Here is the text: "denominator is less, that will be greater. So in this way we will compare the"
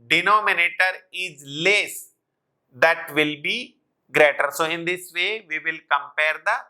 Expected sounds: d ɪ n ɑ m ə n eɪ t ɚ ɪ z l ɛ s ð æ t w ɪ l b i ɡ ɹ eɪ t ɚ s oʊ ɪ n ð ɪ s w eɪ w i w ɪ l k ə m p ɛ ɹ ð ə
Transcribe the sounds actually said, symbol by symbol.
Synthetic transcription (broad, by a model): d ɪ n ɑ m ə n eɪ t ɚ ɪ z l ɛ s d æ t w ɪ l b i ɡ ɹ eɪ t ɚ s oʊ ɪ n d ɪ s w eɪ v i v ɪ l k ə m p ɛ ɹ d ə